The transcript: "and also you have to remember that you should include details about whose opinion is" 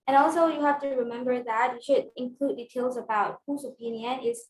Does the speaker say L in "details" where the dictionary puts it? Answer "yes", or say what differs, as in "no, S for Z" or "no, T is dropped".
yes